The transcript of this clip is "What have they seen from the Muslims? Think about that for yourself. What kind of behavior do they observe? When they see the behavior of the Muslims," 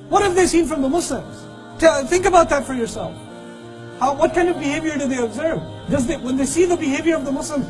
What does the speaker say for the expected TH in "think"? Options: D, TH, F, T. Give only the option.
TH